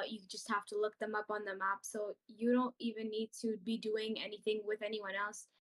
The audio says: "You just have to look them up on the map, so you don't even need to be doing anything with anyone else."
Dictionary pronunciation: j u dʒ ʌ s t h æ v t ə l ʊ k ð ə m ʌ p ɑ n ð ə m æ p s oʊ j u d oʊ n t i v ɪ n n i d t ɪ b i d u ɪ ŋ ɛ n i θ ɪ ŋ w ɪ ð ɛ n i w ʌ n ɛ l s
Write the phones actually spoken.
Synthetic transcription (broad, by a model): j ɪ dʒ ʌ s t h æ f t ə l ʊ k ð ə m ʌ p n ð ə m æ p s oʊ j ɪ d oʊ n t i v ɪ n n i d t ɪ b i d u ɪ ŋ ɛ n i θ ɪ ŋ w ɪ ð ɛ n i w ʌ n ɛ l s